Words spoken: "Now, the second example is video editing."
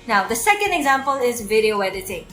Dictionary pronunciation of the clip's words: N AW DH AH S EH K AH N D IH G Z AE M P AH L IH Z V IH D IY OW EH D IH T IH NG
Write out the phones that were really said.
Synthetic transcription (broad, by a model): N AW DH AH S EH K AH N D IH G Z AE M P AH L IH Z V IH D IY OW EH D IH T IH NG